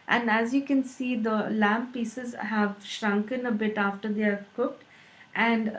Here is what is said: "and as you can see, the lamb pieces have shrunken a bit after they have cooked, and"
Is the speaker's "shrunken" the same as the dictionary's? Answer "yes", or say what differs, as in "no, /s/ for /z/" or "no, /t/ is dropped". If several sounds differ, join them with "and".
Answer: yes